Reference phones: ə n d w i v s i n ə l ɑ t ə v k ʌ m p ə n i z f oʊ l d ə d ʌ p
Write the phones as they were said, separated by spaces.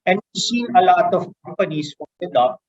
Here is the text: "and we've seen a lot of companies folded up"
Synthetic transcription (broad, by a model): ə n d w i s i n ə l ɑ t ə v k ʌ m p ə n i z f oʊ n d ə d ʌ